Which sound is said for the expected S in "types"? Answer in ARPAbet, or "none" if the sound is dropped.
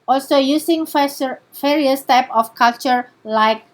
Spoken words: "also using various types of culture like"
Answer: none